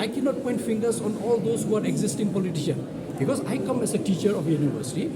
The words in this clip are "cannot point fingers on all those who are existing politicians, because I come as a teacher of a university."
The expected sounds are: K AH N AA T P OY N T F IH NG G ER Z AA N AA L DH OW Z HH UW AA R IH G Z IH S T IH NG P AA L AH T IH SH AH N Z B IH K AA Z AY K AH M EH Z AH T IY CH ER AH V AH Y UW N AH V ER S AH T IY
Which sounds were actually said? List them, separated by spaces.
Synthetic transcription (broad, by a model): K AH N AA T P OY N T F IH NG G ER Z AA N AA L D OW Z HH UW AA R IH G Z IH S T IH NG P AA L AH T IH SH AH N B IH K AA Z AY K AH M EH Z AH T IY CH ER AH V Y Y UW N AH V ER S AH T IY